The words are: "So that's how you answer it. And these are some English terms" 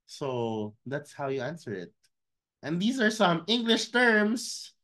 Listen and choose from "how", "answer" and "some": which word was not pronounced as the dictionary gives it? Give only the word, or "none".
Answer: none